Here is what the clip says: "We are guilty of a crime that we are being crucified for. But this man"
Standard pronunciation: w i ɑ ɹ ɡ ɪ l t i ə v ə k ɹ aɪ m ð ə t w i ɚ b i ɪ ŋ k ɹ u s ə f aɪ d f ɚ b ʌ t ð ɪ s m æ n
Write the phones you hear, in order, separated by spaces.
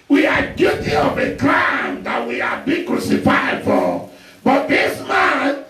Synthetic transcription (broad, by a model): w i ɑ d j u t i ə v ə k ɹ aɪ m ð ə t w i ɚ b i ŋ k ɹ u s ə f aɪ d f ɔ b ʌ t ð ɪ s m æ n